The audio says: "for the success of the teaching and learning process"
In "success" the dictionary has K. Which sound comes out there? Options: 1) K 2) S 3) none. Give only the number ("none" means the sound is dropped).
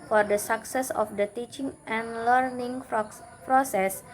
1